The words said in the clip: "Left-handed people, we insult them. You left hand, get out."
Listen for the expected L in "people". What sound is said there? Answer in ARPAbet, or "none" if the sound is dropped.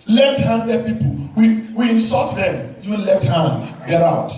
W